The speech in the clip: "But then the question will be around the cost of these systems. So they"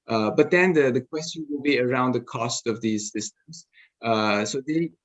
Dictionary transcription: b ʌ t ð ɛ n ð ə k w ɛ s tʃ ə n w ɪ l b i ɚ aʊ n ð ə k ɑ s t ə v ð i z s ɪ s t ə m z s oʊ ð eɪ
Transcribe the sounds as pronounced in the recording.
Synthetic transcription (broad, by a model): b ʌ t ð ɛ n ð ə k w ɛ s tʃ ə n w ɪ l b i ɚ aʊ n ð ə k ɑ s t ə v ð i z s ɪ s t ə m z s oʊ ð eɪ